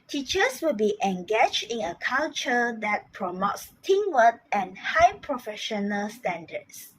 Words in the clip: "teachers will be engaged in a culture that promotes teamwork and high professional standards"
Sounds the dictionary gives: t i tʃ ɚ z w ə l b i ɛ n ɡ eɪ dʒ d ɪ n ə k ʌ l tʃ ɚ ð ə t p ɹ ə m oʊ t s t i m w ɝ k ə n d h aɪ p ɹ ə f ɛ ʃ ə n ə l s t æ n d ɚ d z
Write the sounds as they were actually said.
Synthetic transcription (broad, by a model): t i tʃ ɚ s w ə l b i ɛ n ɡ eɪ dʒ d ɪ n ə k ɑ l tʃ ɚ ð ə t p ɹ ə m oʊ t s t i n w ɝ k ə n h aɪ p ɹ ə f ɛ ʃ ə n ə l s t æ n d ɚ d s